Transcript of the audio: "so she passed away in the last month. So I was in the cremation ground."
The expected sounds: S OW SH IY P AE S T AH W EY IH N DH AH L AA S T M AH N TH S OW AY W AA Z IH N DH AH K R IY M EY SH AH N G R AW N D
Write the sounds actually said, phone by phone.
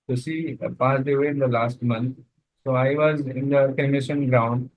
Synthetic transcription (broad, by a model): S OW S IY P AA S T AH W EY IH N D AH L AA S T M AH N T S OW AY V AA Z IH N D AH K IY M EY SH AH N G R AW N D